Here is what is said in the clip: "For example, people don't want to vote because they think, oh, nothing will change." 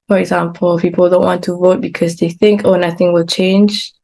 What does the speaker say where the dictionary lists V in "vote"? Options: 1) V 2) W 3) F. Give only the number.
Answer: 1